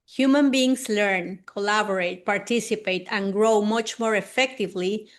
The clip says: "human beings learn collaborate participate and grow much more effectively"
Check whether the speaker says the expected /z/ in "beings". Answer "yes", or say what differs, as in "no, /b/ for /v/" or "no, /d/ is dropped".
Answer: no, /s/ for /z/